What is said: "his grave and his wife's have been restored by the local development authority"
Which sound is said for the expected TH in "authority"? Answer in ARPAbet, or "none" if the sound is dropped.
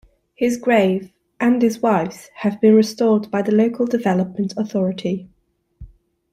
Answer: TH